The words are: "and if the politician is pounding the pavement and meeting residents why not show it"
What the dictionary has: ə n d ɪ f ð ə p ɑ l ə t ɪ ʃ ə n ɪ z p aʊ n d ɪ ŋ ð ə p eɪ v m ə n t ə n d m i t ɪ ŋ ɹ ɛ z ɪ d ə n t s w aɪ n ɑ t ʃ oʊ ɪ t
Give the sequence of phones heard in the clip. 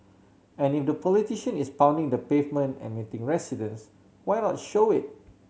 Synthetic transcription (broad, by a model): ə n ɪ f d ə p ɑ l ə t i ʃ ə n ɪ s p aʊ n d ɪ ŋ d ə p eɪ v m ə n t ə n m i t ɪ ŋ ɹ ɛ s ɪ d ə n s w aɪ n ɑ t ʃ oʊ ɪ t